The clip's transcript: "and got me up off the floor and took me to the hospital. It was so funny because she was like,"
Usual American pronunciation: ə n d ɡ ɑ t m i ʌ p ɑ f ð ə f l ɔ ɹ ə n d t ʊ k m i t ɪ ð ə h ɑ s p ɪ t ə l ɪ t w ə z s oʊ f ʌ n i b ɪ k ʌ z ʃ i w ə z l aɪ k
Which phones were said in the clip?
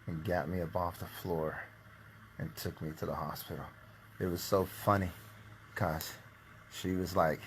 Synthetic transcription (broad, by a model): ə n ɡ ɑ t m i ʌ b ɑ f ð ə f l ɔ ɹ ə n t ʊ k m i t ɪ ð ə h ɑ s p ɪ t l ɪ t w ə z s oʊ f ʌ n i k ʌ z ʃ i w ə z l aɪ k